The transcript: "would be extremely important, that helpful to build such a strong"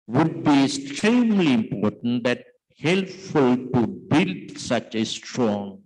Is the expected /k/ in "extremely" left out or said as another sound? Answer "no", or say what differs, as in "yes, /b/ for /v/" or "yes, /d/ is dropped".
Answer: yes, /k/ is dropped